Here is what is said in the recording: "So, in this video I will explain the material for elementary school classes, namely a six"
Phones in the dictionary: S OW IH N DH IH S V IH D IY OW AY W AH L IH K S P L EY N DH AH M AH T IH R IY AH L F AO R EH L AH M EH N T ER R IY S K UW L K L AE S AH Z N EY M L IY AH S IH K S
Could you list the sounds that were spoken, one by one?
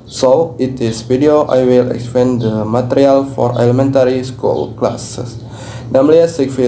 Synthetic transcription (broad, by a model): S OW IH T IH S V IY D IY OW AY W AH L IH K S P EY N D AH M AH T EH R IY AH L F AO R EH L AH M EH N T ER R IY S K UW L K L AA S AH S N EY M L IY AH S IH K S